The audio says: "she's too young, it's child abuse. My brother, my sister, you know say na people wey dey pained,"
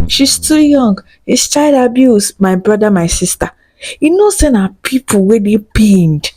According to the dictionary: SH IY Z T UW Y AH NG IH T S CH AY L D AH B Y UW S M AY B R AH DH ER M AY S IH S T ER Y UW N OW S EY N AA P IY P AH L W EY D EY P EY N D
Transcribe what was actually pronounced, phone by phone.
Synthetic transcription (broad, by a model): SH IY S T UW Y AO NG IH S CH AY D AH B Y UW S M AY B R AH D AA M AY S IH S T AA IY N OW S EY N AA P IY P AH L W EY D EY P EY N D